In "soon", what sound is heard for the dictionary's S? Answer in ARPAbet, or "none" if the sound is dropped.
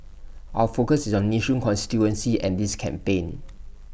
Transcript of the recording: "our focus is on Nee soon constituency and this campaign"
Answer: SH